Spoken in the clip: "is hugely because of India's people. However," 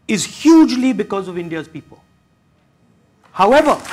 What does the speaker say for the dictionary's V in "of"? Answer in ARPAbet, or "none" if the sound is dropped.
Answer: V